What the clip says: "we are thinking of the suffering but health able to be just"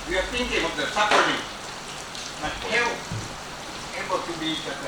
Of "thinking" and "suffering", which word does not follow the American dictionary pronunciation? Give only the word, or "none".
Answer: suffering